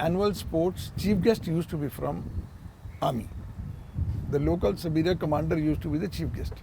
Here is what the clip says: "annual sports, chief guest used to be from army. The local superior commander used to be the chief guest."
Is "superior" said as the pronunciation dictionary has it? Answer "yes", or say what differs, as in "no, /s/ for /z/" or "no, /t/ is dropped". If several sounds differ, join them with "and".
no, /b/ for /p/